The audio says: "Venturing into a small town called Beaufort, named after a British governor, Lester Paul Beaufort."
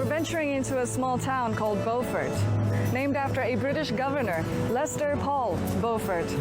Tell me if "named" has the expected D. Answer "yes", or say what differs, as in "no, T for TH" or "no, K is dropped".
yes